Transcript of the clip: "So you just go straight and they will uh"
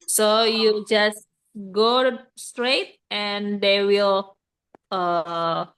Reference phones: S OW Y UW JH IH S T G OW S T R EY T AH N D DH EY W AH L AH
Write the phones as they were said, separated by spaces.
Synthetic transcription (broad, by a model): S OW Y UW JH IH S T G OW S T R EY T AH N D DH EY W AH L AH